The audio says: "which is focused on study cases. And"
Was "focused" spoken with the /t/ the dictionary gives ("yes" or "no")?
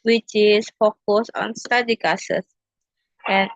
no